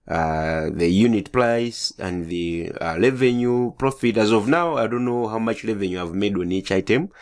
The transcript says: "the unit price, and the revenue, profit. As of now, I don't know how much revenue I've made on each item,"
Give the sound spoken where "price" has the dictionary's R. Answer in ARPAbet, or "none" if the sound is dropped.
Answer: L